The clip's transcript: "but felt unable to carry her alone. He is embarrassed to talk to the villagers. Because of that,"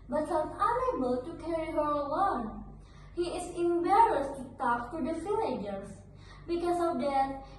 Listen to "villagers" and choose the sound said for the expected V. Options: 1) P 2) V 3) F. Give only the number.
3